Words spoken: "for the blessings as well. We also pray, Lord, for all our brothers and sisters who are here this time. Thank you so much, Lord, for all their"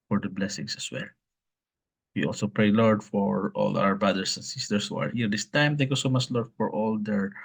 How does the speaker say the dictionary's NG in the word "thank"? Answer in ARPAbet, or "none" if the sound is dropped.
none